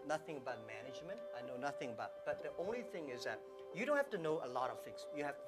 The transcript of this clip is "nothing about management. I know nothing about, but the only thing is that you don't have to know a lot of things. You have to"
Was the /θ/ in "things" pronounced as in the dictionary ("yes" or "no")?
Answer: no